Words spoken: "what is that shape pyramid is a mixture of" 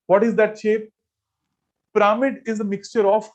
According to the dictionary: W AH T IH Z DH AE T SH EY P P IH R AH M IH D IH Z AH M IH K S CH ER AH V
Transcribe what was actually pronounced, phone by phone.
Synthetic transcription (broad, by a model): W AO T IH Z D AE T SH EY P P R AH M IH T IH Z AH M IH K S CH ER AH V